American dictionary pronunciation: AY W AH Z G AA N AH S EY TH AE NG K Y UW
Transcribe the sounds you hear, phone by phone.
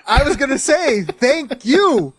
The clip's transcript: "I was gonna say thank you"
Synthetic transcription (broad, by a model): AY W AH Z G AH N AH S EY TH AE NG K Y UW